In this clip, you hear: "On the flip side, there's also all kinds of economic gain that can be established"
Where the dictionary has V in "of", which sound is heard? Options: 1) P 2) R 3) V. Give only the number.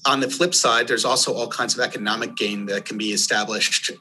3